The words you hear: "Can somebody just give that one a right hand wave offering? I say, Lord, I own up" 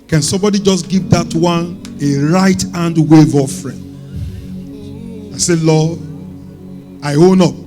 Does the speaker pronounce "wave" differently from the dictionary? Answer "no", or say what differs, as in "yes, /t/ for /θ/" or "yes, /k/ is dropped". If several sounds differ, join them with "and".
no